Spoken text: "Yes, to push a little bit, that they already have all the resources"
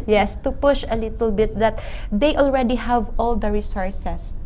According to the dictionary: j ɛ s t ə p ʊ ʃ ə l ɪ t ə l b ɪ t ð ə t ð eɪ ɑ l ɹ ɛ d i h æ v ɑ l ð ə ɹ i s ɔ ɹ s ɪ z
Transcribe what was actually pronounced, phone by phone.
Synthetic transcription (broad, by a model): j ɛ s t ə p ʊ ʃ ə l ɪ t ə l b ɪ t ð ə t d eɪ ɑ l ɹ ɛ d i h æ v ɑ l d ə ɹ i s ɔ ɹ s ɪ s